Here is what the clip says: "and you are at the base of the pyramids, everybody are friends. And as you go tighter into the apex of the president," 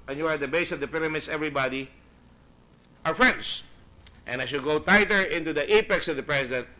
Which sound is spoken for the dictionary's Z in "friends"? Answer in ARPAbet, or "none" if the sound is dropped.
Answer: S